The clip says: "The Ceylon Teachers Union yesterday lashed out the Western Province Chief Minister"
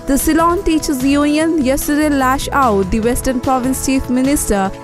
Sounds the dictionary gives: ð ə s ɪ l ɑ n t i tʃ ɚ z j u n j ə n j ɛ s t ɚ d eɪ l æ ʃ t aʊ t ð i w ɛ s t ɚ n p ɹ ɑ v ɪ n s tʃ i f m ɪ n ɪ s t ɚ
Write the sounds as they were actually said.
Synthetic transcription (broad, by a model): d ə s ɪ l ɑ n t i tʃ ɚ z j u n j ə n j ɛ s t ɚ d eɪ l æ ʃ aʊ t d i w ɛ s t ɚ n p ɹ ɑ v ɪ n s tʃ i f m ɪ n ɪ s t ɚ